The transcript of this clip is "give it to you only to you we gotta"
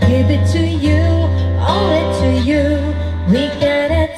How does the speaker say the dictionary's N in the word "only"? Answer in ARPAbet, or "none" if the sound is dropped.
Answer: none